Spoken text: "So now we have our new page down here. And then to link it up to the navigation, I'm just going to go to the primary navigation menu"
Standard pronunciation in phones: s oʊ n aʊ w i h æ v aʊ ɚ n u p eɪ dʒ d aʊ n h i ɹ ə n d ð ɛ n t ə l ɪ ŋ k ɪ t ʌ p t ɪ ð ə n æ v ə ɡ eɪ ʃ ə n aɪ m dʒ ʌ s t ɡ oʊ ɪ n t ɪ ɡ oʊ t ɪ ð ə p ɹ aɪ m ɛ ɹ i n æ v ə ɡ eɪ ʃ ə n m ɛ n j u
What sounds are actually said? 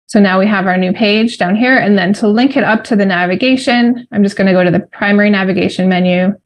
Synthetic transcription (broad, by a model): s oʊ n aʊ w i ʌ v aʊ ɚ n u p eɪ dʒ d aʊ n h i ɹ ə n ð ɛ n t ə l ɪ ŋ k ɪ t ʌ p t ɪ ð ə n æ v ə ɡ eɪ ʃ ə n aɪ m dʒ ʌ s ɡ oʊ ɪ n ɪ ɡ oʊ t ɪ ð ə p ɹ aɪ m ɛ ɹ i n æ v ə ɡ eɪ ʃ ə n m ɛ n j u